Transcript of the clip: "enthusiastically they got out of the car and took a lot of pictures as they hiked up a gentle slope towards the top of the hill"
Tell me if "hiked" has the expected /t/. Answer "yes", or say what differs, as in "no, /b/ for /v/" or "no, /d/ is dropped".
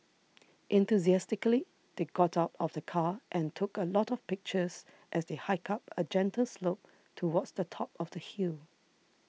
no, /t/ is dropped